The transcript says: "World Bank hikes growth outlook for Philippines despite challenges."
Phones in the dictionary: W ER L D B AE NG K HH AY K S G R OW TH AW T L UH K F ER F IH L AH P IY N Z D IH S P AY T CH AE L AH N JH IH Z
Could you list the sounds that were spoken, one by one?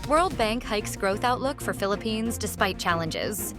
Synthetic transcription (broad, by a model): W ER L D B AE NG K HH AY K S G R OW TH AW T L UH K F ER F IH L AH P IY N Z D IH S P AY T CH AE L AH N JH IH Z